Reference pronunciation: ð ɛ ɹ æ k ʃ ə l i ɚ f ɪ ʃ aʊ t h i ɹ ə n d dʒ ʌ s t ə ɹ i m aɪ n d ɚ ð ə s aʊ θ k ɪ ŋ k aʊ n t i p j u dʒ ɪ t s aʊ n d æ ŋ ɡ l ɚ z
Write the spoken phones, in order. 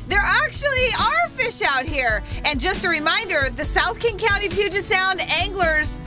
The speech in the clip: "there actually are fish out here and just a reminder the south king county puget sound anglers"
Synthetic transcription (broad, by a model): ð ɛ ɹ æ k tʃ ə l i ɚ f ɪ ʃ aʊ t h i ɹ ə n dʒ ʌ s t ə ɹ i m aɪ n d ɚ ð ə s aʊ θ k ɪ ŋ k aʊ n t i p j u dʒ ɪ t s aʊ n d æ ŋ ɡ l ɚ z